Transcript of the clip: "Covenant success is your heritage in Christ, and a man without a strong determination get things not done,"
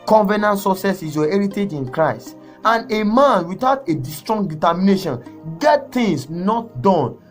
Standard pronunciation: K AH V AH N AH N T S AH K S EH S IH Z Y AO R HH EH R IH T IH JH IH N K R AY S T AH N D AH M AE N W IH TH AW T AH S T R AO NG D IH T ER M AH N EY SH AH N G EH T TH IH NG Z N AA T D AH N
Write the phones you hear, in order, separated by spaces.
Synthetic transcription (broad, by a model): K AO V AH N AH N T S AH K S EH S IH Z Y AO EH R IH T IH JH IH N K R AY S T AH N AH M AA N W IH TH AW T AH S T R AO NG D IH T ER M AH N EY SH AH N G EH T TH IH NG S N AA T D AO N